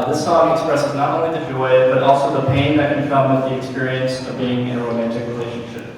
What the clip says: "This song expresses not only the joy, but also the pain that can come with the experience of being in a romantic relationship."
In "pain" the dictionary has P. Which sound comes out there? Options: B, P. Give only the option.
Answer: P